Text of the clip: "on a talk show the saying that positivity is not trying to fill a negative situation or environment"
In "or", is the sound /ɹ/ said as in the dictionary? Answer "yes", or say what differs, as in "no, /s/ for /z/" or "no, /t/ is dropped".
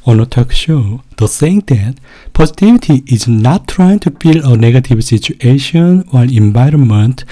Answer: no, /l/ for /ɹ/